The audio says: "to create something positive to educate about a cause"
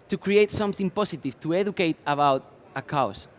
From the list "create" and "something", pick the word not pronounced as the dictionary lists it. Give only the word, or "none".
none